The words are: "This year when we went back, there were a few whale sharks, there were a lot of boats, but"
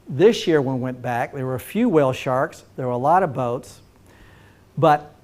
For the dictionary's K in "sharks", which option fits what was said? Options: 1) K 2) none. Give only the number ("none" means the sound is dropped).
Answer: 1